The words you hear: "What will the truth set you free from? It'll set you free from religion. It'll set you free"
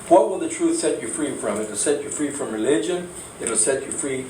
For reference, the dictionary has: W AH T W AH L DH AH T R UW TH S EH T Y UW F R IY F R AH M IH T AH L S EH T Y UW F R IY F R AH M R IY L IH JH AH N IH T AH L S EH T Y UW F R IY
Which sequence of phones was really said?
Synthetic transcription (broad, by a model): W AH T W AH L DH AH T R UW TH S EH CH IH F R IY F R AH M IH T AH L S EH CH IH F R IY F R AH M R IY L IH JH AH N IH T AH L S EH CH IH F R IY